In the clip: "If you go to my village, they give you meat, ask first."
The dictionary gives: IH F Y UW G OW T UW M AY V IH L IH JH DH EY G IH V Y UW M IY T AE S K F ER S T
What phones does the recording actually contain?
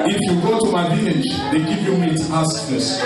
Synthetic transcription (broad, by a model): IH F Y UW G OW T UW M AY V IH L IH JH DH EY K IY P Y UW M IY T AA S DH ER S